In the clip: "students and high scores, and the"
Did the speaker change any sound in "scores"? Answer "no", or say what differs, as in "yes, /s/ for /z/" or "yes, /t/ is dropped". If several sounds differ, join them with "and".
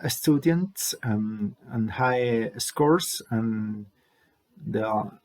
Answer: yes, /s/ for /z/